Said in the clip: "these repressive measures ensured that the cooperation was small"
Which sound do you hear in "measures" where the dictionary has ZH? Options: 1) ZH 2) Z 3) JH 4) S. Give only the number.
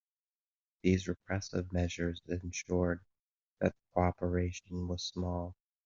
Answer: 1